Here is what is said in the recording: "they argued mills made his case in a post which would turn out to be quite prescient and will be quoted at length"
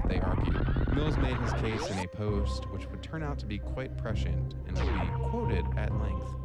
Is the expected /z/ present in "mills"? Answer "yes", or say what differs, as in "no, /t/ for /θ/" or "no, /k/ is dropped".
yes